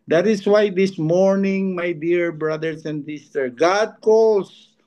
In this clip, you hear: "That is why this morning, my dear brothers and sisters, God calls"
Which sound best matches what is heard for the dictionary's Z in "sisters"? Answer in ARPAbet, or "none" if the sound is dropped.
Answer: none